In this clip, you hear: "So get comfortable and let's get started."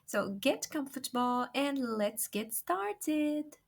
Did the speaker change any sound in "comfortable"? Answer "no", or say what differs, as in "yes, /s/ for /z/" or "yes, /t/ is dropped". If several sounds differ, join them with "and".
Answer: no